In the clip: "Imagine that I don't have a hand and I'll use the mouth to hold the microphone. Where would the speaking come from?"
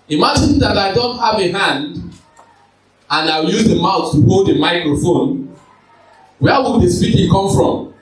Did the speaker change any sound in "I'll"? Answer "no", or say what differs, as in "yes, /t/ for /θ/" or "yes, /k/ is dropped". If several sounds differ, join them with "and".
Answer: yes, /w/ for /l/